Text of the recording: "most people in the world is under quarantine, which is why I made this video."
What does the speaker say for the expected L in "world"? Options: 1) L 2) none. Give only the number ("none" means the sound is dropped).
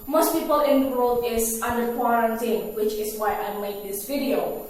2